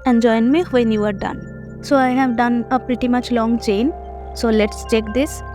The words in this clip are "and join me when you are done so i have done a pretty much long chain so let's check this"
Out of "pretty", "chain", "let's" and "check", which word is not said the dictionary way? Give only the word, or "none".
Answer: none